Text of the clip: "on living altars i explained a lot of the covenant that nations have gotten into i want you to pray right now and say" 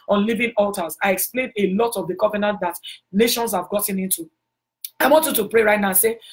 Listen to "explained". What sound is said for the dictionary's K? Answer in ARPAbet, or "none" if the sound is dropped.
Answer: K